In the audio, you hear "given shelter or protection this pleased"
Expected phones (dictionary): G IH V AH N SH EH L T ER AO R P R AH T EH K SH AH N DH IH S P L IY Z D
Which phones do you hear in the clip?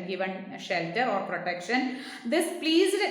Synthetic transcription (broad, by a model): G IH V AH N SH EH L T ER AO R P R AH T EH K SH AH N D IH S P L IY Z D